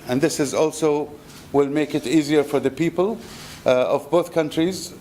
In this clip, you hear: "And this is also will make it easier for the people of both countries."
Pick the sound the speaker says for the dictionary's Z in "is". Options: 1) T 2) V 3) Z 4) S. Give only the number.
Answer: 3